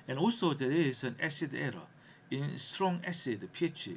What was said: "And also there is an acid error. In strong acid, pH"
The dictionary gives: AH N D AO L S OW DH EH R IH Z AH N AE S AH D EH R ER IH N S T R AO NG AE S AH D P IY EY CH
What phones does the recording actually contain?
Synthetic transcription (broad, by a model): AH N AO S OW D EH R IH S AH N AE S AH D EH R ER IH N S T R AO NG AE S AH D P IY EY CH